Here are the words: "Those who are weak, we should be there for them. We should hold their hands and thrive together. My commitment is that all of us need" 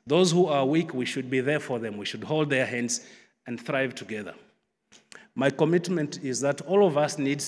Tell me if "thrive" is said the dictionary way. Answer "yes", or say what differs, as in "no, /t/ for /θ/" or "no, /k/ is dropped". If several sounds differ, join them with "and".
yes